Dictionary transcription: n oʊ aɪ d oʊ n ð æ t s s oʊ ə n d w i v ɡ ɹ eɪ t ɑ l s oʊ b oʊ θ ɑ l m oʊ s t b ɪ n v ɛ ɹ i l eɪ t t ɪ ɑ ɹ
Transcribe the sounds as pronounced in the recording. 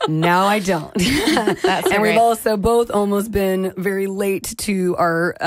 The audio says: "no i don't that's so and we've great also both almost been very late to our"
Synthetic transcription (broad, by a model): n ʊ aɪ d oʊ n t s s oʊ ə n w i v ɑ l s oʊ b oʊ θ ɑ l m oʊ s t b ɪ n v ɛ ɹ i l eɪ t t ɪ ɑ ɹ